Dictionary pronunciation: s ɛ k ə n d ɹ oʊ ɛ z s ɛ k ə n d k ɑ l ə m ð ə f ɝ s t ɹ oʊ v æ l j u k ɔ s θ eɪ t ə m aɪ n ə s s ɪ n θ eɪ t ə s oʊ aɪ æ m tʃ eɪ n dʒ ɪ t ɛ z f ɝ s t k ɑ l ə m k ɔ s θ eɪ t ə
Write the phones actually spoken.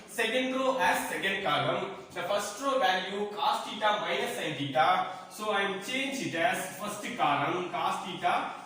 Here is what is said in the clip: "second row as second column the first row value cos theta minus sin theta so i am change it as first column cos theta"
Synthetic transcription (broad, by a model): s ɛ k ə n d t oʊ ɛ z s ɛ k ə n d k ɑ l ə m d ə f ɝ s t ɹ oʊ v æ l j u k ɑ s t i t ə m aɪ ə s s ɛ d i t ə s oʊ aɪ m tʃ eɪ n dʒ ɪ t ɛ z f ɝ s t k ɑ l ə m k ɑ s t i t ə